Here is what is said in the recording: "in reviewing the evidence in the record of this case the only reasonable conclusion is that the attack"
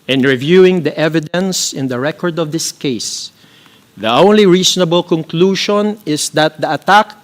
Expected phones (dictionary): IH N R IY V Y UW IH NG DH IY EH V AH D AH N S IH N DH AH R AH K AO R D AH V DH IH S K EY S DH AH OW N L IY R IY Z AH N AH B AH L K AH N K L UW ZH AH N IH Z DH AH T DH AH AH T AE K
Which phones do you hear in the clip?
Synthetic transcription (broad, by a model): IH N R IY V Y UW IH NG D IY EH V AH D AH N S IH N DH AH R AH K AO R D AH V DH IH S K EY S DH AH OW N L IY R IY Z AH N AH B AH L K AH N K L UW SH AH N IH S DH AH T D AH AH T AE K